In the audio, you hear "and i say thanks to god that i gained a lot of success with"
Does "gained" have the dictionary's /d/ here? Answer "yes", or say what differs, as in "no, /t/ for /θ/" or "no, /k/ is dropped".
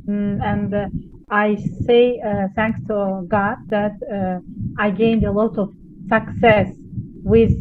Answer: yes